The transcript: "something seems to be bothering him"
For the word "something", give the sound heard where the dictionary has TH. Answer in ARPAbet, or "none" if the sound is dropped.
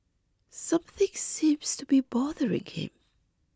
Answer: TH